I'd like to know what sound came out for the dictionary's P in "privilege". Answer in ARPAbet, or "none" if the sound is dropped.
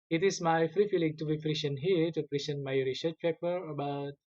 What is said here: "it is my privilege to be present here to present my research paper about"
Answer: F